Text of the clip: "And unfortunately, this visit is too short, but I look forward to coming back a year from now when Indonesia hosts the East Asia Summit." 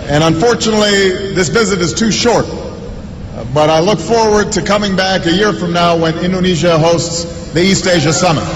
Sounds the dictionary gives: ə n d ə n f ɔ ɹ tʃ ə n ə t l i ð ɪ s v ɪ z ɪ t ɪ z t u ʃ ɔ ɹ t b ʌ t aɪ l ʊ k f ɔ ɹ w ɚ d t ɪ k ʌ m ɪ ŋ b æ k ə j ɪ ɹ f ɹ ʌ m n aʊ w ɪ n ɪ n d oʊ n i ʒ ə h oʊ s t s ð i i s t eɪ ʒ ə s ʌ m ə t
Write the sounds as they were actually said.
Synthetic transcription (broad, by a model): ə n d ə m f ɔ ɹ tʃ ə n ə t l i ð ɪ s v ɪ z ɪ t ɪ z t u ʃ ɔ ɹ t b ʌ t aɪ l ʊ k f ɔ ɹ w ɚ d t ɪ k ʌ m ɪ ŋ b æ k ə j ɪ ɹ f ɹ ʌ m n aʊ w ɪ n ɪ n d oʊ n i ʒ ə h oʊ s t s ð i i s t eɪ ʒ ə s ʌ m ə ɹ